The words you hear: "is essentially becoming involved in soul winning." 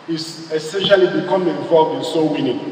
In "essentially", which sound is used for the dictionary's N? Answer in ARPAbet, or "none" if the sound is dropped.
N